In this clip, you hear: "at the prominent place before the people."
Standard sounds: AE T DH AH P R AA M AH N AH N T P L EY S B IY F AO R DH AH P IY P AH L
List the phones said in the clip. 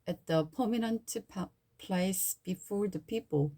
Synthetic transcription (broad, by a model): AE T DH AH P AA M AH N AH N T P L EY S B IY F AO R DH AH P IY P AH L